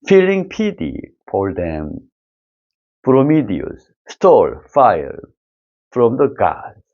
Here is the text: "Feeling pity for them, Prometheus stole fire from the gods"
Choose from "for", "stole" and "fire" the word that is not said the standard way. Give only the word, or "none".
for